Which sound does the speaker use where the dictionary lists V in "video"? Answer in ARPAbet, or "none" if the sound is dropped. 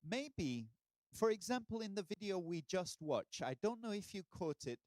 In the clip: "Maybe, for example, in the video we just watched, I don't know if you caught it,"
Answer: V